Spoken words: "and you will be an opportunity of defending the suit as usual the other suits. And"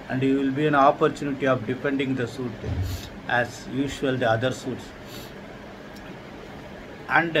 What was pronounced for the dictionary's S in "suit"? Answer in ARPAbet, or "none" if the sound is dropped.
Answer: S